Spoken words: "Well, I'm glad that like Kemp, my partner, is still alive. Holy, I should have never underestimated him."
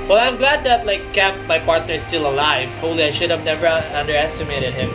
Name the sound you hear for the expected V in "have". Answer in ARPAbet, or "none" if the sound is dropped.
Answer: V